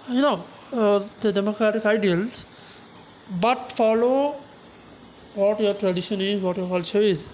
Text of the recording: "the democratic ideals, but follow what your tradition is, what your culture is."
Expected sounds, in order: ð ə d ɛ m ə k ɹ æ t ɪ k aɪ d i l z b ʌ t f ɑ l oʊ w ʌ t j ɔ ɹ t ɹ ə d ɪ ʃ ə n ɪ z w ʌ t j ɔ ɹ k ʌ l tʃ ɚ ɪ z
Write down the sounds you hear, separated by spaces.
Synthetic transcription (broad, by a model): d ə d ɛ m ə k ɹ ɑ t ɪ k aɪ d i l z b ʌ t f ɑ l oʊ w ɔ t j ɔ ɹ t ɹ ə d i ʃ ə n ɪ z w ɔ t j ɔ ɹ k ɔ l s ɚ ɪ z